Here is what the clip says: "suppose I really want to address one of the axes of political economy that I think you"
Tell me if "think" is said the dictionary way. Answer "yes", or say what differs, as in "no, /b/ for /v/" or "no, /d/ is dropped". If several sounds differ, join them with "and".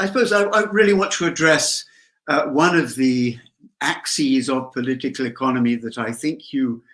yes